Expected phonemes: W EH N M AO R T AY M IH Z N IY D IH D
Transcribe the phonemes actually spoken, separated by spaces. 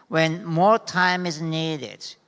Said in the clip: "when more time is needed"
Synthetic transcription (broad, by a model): W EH N M AO R T AY M IH Z N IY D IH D